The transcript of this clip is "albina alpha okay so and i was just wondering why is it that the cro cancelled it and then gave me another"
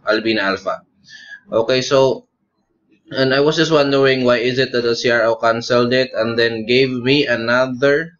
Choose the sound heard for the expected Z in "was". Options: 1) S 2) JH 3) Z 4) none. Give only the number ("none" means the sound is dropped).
1